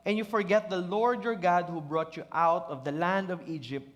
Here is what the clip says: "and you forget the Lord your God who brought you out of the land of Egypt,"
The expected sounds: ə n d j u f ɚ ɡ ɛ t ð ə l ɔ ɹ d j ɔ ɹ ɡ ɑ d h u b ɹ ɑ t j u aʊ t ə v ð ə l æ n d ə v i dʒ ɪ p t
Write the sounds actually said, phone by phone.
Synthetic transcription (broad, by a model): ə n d j u f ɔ ɡ ɛ t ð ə l ɔ ɹ d j ɔ ɹ ɡ ɑ d h u b ɹ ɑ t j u aʊ t ə v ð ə l æ n d ə v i dʒ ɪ p t